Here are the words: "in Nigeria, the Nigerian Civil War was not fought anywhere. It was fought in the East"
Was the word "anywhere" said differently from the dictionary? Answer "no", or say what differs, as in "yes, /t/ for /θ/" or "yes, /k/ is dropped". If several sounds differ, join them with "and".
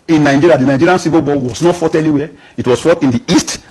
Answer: yes, /l/ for /n/